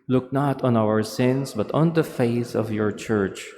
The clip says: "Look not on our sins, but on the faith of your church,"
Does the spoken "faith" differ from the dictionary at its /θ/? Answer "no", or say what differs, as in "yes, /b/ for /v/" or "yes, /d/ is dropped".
yes, /s/ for /θ/